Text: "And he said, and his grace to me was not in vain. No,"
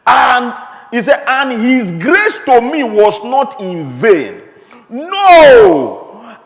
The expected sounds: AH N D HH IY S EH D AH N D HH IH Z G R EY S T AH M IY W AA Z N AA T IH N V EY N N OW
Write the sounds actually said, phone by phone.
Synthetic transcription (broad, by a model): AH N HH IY S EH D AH N HH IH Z G R EY S T AH M IY W AA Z N AA T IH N V EY N N OW